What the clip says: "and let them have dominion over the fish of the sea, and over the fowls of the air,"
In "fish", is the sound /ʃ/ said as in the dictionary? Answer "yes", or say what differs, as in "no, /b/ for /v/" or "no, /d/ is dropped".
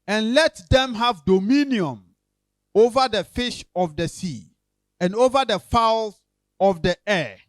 yes